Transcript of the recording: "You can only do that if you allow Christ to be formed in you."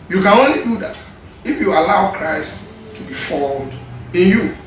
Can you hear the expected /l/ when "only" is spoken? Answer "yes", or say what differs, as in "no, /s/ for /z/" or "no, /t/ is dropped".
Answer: yes